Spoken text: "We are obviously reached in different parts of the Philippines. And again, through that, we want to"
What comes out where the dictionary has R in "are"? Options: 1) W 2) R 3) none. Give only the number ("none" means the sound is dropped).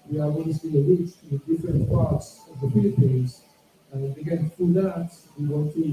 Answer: 1